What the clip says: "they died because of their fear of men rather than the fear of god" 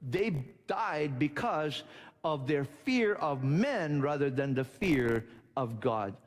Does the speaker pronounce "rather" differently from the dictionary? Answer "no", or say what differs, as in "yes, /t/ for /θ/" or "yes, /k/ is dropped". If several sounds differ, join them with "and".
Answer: no